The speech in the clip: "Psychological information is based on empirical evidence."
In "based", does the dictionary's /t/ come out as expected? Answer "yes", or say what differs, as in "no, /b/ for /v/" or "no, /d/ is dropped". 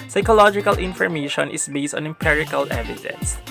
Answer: yes